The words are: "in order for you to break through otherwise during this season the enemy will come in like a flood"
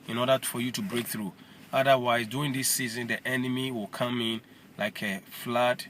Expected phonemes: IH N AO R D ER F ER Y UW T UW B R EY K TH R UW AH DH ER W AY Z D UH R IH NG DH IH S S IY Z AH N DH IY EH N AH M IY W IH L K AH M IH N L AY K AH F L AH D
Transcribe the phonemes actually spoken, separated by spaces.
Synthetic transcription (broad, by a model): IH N AO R D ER F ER Y UW T UW B R EY K TH R UW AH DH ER W AY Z D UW IH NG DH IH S S IY Z AH N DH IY EH N AH M IY W IH L K AH M IH N L AY K AH F L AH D